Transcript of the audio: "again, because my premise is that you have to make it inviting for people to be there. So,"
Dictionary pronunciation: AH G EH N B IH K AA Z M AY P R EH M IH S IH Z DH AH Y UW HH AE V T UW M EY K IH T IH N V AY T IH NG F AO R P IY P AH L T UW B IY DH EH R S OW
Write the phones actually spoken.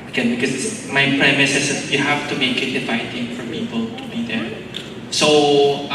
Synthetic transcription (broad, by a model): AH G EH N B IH K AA S M AY P R EH M IH S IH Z Y UW HH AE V T UW M EY K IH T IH V AY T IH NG F AO R P IY P AH L T UW B IY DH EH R S OW